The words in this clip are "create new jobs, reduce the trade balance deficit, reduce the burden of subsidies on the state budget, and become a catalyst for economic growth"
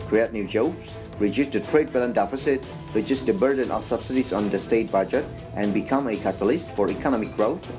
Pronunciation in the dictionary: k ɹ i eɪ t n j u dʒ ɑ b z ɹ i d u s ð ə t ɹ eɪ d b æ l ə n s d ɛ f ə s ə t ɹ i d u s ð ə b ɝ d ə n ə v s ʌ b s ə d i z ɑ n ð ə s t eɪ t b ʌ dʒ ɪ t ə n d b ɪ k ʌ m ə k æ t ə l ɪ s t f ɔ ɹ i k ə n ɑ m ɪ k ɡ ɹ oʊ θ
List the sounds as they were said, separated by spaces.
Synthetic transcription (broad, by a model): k ɹ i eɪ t n j u dʒ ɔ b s ɹ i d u s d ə t ɹ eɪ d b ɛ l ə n d ɛ f ə s ə t ɹ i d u s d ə b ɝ d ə n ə f s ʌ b s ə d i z ɑ n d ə s t eɪ t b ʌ dʒ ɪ t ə n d b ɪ k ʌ m ə k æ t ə l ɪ s t f ɔ ɹ i k ə n ɑ m ɪ k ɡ ɹ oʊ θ